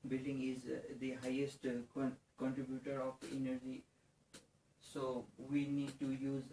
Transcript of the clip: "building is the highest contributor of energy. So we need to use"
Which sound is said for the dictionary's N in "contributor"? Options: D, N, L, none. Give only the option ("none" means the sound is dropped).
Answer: N